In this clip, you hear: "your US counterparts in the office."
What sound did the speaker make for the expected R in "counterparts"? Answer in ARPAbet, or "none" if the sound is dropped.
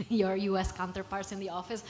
R